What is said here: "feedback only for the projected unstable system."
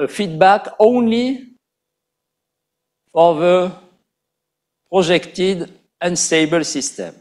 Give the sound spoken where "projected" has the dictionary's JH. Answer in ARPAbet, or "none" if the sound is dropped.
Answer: ZH